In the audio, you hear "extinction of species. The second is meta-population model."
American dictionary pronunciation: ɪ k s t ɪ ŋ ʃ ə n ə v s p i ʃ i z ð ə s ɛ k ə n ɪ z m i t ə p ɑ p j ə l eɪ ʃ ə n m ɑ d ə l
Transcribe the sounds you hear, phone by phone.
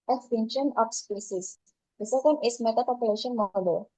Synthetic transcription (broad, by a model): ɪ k s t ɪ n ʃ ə n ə f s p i s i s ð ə s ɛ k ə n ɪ s m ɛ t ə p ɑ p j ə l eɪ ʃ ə n m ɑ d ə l